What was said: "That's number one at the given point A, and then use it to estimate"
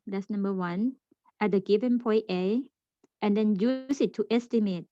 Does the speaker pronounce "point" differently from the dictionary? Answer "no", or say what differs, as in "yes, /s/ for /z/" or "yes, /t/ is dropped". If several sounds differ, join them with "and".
yes, /n/ is dropped